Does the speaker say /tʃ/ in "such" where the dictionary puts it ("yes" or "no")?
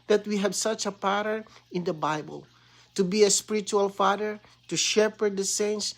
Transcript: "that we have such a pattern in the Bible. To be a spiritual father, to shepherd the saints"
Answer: yes